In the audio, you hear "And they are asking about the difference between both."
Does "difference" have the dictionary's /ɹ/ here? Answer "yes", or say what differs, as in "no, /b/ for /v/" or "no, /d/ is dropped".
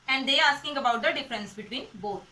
yes